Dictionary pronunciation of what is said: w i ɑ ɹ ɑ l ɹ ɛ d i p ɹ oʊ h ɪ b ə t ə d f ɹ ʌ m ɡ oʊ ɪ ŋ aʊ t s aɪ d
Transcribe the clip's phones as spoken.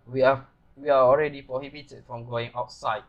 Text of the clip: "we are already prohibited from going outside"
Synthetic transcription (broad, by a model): w i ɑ w ɑ l ɹ ɛ d i p ɹ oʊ h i b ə t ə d f ɹ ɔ m ɡ oʊ ɪ ŋ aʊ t s aɪ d